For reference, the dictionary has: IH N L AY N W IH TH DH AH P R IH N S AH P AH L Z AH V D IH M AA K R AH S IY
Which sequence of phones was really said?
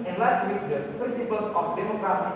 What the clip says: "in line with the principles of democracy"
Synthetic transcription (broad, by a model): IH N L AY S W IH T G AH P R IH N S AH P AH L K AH P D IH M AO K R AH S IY